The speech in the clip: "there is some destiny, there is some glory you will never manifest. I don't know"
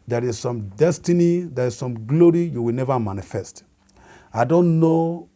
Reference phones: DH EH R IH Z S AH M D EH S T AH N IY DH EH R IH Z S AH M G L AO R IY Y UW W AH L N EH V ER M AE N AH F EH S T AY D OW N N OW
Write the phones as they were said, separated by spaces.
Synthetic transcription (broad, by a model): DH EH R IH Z S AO M D EH S T AH N IY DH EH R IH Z S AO M G L AO R IY Y UW W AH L N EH V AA M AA N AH F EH S T AY D OW N N OW